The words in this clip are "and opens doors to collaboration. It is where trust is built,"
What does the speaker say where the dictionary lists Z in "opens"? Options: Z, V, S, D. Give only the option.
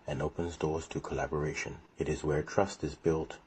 Z